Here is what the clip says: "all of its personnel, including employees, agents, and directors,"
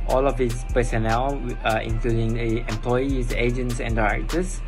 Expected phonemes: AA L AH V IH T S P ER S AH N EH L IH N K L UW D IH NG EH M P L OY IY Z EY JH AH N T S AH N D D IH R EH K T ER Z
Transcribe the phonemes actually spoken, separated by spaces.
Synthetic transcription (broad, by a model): AA L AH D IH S P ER S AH N EH L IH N K L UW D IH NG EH M P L OY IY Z EY JH AH N T S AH N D D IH R EH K T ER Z